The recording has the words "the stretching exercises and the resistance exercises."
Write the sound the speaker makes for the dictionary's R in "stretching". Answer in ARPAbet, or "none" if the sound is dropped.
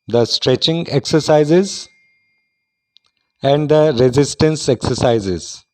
R